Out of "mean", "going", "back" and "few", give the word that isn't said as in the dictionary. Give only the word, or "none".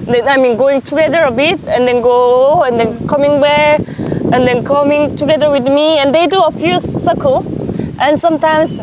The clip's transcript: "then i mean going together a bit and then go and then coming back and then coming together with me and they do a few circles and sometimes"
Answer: back